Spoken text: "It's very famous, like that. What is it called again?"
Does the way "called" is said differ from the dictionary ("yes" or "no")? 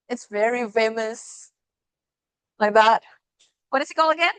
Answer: yes